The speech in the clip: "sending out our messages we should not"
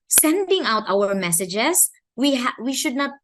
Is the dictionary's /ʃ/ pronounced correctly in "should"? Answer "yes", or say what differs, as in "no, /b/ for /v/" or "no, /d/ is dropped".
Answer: yes